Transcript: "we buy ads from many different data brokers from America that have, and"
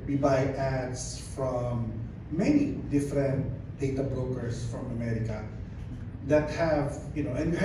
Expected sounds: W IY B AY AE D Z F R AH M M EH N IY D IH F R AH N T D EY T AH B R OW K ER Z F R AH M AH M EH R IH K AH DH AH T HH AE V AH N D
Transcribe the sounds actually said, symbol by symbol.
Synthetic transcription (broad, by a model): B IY B AY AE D S F R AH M M EH N IY D IH F R AH N T D EY T AH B R OW K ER S F R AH M AH M EH R IH K AH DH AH T HH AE V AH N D